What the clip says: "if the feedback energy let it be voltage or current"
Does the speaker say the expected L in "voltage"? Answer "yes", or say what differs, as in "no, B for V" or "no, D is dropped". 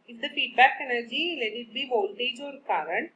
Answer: yes